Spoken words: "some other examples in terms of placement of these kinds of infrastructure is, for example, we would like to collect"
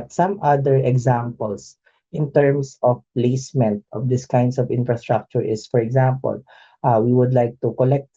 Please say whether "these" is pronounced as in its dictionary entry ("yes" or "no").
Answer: no